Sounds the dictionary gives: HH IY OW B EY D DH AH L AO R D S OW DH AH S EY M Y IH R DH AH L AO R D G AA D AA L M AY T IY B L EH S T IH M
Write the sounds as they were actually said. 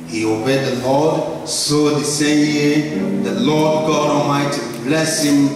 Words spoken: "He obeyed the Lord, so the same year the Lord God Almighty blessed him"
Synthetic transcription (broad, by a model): HH IY OW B EY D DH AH L AO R D S OW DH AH S EY M Y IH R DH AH L AO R D G AA D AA M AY T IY B L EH S IH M